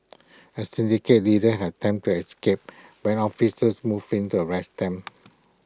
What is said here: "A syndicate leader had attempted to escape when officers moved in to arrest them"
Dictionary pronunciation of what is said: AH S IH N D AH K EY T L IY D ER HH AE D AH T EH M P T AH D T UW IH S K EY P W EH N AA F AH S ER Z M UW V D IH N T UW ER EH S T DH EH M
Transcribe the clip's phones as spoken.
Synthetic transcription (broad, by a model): AH S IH N D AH K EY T L IY D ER HH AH T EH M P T T UW IH S K EY P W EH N AA F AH S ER S M UW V IH N T UW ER EH S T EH M